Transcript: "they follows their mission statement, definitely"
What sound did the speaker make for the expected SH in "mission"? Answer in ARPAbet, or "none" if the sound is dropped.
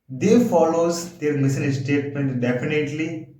S